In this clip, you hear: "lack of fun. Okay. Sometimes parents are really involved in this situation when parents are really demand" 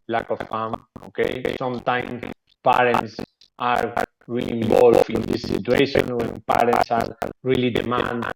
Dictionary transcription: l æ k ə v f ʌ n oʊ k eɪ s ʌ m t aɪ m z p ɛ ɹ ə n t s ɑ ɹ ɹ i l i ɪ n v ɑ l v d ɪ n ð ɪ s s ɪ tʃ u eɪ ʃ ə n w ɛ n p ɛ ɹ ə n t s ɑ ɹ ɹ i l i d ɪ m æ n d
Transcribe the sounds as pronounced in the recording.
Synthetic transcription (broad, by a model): l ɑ k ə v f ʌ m oʊ k eɪ s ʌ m t aɪ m s p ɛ ɹ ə n t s ɑ ɹ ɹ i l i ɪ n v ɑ l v ɪ n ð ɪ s s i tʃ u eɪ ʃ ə n w ɛ n p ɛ ɹ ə n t s ɑ ɹ ɹ i l i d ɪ m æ n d